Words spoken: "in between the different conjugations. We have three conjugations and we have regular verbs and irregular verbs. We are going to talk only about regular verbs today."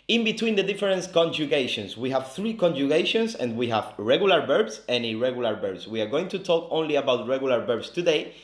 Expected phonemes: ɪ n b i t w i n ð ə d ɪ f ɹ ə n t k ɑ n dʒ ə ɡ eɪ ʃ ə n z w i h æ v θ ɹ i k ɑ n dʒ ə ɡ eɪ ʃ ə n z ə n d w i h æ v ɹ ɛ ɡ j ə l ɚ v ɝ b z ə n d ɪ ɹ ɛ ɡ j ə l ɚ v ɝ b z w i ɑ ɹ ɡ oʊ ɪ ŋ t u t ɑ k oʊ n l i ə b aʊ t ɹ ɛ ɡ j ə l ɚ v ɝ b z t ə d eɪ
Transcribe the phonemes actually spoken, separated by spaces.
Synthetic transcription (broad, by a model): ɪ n b i t w i n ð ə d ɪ f ɹ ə n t k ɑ n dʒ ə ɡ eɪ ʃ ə n s w i h æ v θ ɹ i k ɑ n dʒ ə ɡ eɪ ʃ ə n s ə n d w i h æ v ɹ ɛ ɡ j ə l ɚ b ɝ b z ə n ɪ ɹ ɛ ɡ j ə l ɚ b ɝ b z w i ɑ ɹ ɡ oʊ ɪ ŋ t u t ɑ k oʊ n l i ə b aʊ t ɹ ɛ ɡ j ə l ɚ b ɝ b s t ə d eɪ